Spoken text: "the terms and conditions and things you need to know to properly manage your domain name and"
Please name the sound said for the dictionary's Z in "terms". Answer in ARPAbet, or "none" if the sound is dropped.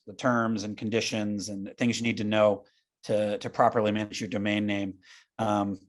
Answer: Z